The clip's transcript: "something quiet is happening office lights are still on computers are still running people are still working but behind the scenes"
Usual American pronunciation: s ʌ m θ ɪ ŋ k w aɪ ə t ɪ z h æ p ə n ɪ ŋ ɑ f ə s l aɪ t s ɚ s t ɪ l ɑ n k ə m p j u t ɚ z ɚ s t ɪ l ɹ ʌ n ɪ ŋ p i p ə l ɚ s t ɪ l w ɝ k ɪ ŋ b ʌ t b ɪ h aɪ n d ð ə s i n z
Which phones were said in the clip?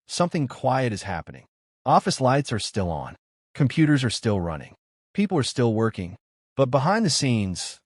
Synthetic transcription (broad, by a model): s ʌ m θ ɪ ŋ k w aɪ ə t ɪ z h æ p ə n ɪ ŋ ɑ f ə s l aɪ t s ɚ s t ɪ l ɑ n k ə m p j u t ɚ z ɚ s t ɪ l ɹ ʌ n ɪ ŋ p i p l ɚ s t ɪ l w ɝ k ɪ ŋ b ʌ t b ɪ h aɪ n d ð ə s i n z